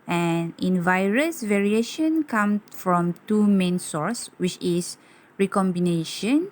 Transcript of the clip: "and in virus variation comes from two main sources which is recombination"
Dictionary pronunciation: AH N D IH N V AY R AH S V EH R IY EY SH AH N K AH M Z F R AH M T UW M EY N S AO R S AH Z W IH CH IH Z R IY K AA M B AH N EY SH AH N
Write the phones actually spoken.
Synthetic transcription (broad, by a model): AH N IH N V AY R AH S V EH R IY EY SH AH N K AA M S F R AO M T UW M EY N S AO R S W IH CH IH S R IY K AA M B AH N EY SH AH N